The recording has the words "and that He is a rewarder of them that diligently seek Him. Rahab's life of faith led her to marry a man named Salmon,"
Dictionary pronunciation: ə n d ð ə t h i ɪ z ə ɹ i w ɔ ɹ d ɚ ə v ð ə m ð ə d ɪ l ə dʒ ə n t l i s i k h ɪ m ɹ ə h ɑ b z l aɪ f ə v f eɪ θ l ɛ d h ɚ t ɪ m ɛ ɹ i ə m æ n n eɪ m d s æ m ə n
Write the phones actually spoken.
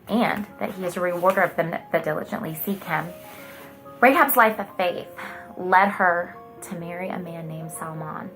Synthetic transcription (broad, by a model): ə n ð ə t h i ɪ z ə ɹ i w ɔ ɹ d ɚ ə v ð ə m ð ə d ɪ l ə dʒ ə n t l i s i k h ɪ m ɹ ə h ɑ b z l aɪ f ə v f eɪ θ l ɛ d ɚ t ɪ m ɛ ɹ i ə m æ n n eɪ m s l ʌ m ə n